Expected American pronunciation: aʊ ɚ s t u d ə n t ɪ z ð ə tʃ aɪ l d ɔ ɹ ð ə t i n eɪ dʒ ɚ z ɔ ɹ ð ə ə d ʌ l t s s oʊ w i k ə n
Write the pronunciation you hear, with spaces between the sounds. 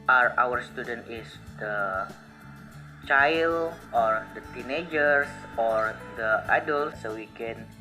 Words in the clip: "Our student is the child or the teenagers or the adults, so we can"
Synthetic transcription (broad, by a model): aʊ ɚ s t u d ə n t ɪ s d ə tʃ aɪ l ɔ ɹ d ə t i n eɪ dʒ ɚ s ɔ ɹ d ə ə d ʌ l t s s oʊ w i k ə n